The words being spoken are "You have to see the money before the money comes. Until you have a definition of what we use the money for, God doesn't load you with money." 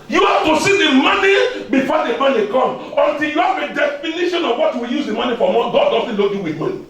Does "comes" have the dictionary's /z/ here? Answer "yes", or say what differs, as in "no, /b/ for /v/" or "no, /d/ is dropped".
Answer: no, /z/ is dropped